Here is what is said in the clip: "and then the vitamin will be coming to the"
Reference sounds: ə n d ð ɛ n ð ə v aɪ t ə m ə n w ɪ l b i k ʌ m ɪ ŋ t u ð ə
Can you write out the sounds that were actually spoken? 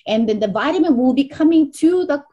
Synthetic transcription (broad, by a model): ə n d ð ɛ n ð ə v aɪ t ə m ə n w ɪ l b i k ʌ m ɪ ŋ t u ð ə